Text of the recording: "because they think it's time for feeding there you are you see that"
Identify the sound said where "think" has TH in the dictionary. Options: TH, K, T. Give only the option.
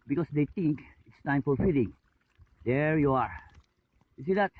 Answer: T